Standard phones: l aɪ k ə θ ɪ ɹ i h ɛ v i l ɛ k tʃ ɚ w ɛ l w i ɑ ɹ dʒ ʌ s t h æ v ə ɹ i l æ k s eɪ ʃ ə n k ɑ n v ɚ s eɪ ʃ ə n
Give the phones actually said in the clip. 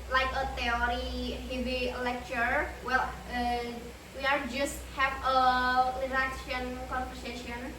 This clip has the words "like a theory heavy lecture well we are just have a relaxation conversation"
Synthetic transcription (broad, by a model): l aɪ k ə t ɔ ɹ i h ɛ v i l ɛ k tʃ ɚ w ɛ l w i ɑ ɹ dʒ ʌ s t h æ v ə l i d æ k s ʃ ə n k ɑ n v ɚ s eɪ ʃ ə n